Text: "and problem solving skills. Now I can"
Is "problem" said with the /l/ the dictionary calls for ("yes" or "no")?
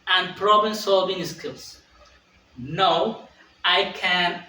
no